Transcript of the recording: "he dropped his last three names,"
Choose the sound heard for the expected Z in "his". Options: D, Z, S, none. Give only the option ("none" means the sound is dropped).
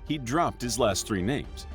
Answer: Z